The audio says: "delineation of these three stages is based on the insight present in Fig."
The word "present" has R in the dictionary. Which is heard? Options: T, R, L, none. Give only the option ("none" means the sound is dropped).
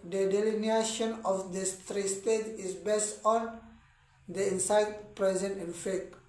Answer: R